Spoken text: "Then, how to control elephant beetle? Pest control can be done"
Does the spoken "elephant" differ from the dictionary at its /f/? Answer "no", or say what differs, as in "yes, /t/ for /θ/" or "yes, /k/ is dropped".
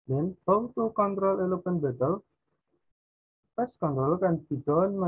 yes, /p/ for /f/